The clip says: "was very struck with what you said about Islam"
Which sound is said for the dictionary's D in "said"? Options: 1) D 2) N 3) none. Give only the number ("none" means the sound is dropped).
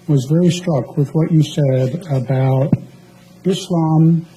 1